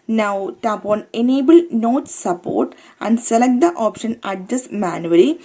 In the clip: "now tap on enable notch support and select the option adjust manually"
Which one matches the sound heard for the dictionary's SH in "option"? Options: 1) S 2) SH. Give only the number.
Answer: 2